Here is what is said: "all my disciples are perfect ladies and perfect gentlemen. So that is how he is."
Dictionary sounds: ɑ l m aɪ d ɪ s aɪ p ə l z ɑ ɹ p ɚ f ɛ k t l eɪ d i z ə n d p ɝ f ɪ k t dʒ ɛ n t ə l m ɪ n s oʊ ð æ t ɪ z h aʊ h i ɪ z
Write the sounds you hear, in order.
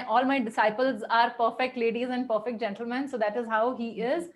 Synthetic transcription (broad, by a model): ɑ l m aɪ d ɪ s aɪ p ə l z ɑ ɹ p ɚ f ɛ k t l eɪ d i z ə n d p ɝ f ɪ k t dʒ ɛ n t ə l m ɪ n s oʊ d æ t ɪ z h aʊ h i ɪ z